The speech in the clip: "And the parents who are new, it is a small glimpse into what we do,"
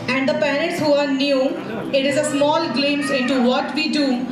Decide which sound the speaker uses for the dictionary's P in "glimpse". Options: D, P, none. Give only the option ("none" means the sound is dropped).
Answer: none